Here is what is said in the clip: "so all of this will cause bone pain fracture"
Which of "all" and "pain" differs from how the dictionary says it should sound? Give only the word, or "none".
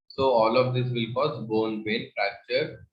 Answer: pain